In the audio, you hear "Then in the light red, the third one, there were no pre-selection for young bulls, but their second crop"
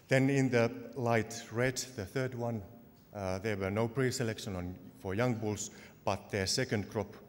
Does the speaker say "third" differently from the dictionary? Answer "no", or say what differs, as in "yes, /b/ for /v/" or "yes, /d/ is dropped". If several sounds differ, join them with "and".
no